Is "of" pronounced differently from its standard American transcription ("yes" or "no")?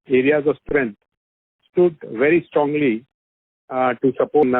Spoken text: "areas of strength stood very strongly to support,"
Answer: no